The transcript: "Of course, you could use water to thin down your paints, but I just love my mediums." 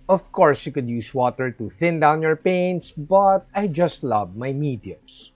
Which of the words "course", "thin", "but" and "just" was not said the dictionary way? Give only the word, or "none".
none